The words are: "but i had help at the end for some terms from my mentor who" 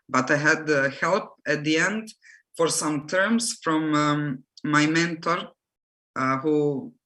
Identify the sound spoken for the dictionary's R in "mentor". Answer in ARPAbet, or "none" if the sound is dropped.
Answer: R